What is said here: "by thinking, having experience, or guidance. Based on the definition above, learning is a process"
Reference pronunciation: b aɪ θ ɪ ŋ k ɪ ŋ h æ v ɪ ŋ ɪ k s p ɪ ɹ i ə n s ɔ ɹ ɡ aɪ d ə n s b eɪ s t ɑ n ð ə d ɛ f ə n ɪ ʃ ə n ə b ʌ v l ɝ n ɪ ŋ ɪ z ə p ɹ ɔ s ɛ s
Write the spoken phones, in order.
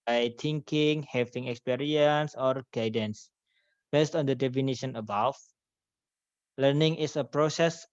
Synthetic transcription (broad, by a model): aɪ t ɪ ŋ k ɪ ŋ h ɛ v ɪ ŋ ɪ k s p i ɹ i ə n s ɔ ɹ ɡ aɪ d ə n s b eɪ s t ɑ n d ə d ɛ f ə n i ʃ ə n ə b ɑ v l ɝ n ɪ ŋ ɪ s ə p ɹ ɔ s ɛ s